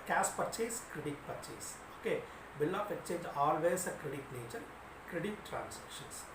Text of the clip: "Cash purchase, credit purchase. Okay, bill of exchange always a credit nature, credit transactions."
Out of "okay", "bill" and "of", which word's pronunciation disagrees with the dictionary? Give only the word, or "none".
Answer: of